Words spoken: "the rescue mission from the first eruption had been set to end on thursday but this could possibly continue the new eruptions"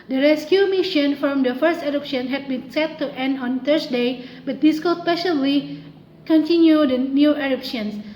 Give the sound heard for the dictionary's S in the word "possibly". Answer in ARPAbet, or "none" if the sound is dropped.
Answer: SH